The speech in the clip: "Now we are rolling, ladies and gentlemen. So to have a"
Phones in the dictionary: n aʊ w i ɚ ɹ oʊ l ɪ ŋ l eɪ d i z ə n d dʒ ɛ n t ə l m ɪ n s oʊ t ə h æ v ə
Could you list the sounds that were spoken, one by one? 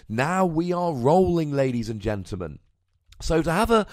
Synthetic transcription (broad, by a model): n aʊ w i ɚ ɹ oʊ l ɪ ŋ l eɪ d i z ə n dʒ ɛ n t l m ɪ n s oʊ t ə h v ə